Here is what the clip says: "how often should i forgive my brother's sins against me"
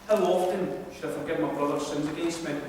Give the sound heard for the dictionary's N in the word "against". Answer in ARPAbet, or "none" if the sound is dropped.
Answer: none